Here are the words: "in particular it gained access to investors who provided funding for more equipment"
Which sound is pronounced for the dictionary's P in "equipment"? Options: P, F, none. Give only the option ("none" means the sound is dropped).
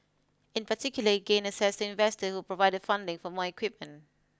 P